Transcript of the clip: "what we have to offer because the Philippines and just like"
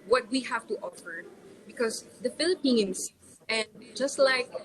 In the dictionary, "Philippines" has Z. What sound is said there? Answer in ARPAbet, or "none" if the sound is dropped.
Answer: none